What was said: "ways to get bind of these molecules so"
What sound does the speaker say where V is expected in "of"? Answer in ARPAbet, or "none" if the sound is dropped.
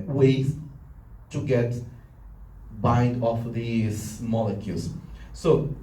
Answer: F